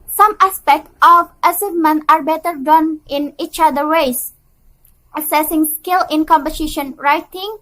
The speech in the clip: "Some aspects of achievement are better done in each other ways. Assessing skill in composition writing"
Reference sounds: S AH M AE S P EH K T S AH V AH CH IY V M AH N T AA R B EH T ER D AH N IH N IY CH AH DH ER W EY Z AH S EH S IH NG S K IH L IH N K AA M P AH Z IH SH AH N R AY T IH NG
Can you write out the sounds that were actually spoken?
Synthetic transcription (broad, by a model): S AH M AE S P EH K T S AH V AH S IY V M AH N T AA R B EH T ER D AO N IH N IY CH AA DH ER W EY S AH S EH S IH NG S K IH L IH N K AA M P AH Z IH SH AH N R AY T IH NG